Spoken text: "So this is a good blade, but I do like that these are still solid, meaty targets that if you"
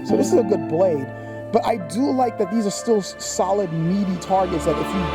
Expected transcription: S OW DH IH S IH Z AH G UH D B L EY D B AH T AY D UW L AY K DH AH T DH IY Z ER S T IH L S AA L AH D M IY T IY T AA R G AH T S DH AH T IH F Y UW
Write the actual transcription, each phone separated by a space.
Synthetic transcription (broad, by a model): S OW DH IH S IH Z AH G UH D B L EY D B AH T AY D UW L AY K DH AH T DH IY Z ER S T IH L S AA L AH D M IY T IY T AA R G AH T S DH AH T IH F Y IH